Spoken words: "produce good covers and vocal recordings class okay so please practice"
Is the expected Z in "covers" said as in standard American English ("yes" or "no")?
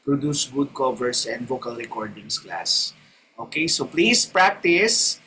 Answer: no